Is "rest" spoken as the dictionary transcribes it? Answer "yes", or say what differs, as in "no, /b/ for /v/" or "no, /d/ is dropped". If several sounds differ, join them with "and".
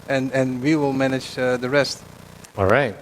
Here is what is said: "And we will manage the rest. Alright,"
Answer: yes